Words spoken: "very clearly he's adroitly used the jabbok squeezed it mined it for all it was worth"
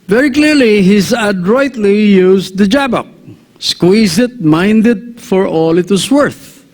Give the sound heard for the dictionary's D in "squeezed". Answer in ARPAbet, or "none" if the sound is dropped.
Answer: none